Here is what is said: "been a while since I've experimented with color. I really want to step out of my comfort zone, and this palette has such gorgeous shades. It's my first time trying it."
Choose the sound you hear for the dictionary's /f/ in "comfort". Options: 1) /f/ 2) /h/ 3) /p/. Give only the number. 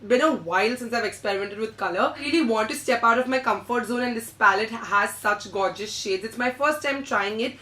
1